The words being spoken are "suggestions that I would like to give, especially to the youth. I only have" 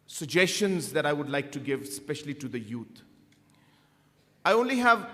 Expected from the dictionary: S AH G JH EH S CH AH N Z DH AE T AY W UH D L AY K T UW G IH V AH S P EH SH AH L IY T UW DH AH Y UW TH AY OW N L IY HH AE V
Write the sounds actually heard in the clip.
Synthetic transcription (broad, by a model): S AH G JH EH S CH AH N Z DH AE T AY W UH D L AY K T UW G IH V S P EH SH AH L IY T UW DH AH Y UW T AY OW N L IY HH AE V